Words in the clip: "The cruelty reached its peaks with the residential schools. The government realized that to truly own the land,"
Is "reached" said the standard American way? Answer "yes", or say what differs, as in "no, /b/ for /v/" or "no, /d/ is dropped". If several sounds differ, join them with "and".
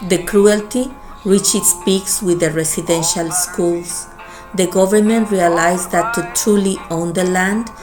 no, /t/ is dropped